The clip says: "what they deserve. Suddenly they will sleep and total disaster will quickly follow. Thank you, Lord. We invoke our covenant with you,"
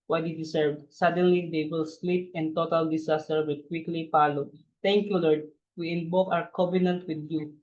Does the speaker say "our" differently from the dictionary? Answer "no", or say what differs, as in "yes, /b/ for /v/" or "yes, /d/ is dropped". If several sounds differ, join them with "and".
yes, /w/ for /ɹ/